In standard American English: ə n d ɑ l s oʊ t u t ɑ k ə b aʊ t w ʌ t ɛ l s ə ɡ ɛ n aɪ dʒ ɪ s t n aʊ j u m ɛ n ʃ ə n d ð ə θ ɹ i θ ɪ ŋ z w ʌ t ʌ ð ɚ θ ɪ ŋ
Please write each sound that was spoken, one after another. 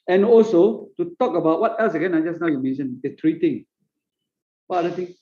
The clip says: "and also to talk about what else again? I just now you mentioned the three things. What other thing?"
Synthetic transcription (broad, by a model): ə n ɑ l s oʊ t u t ɑ k ə b aʊ t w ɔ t ɛ l s ə ɡ ɛ n aɪ dʒ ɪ s n aʊ j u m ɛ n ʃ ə n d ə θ ɹ i t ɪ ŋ w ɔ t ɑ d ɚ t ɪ ŋ